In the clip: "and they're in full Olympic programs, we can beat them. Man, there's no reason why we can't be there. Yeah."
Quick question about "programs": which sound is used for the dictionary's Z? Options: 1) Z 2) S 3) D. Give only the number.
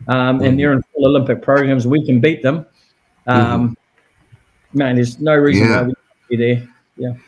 1